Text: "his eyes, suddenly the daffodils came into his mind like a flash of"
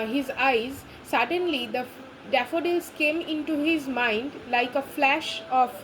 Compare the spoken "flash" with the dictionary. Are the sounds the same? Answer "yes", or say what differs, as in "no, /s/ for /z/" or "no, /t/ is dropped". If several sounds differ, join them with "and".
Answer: yes